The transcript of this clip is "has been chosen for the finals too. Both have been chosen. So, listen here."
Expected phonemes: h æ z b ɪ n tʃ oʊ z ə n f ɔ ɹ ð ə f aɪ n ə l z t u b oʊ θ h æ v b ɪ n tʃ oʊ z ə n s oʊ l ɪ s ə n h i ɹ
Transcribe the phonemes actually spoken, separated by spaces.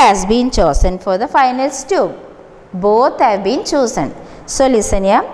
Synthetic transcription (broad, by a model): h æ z b ɪ n tʃ oʊ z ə n f ɔ ɹ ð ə f aɪ n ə l s t u b oʊ t h æ v b ɪ n tʃ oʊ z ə n s oʊ l ɪ s ə n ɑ